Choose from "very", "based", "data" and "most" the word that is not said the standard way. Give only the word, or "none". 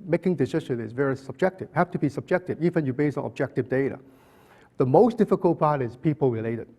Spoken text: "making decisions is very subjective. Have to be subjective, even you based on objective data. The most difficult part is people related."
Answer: based